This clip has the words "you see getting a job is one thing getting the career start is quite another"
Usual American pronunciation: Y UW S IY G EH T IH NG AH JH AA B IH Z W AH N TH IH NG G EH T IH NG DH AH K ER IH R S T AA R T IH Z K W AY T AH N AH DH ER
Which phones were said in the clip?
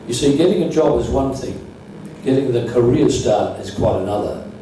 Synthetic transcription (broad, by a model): Y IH S IY G EH T IH NG AH JH AA B IH Z W AH N TH IH NG G EH T IH NG DH AH K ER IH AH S T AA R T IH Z K W AY T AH N AH DH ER